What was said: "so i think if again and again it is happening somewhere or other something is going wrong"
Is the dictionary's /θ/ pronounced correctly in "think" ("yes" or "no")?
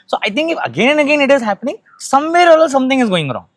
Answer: no